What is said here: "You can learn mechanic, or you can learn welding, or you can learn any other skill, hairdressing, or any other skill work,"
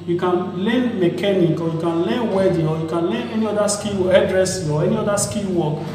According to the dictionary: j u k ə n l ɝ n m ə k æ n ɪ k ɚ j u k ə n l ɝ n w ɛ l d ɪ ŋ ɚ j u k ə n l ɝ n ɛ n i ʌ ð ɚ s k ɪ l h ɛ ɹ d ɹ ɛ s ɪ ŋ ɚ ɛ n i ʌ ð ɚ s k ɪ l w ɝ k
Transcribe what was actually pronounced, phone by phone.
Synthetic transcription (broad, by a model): j u k ə n l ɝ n m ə k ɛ n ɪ k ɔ j u k ə n l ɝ n w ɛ d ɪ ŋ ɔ j u k ə n l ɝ n ɛ n i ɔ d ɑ s k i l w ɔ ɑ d ɹ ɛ s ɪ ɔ ɛ n i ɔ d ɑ s k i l w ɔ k